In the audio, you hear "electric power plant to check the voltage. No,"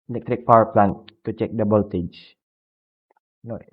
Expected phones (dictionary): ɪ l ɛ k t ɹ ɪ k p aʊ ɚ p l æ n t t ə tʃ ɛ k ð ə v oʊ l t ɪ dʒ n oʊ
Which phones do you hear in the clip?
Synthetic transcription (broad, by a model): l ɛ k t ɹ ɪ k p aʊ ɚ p l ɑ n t t ə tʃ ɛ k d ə b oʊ l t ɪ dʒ n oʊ